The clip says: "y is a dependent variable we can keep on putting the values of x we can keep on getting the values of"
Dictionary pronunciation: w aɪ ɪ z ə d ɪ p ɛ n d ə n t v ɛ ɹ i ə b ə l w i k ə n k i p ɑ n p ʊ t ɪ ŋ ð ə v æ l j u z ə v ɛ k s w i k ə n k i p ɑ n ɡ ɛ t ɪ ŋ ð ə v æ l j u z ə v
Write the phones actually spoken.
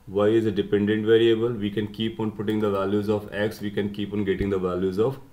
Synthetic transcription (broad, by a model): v aɪ ɪ z ə d ɪ p ɛ n d ə n t v ɛ ɹ i ə b ə l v i k ə n k i p ɑ n p ʊ t ɪ ŋ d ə v æ l j u z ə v ɛ k s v i k ə n k i p ɑ n ɡ ɛ t ɪ ŋ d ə v æ l j u z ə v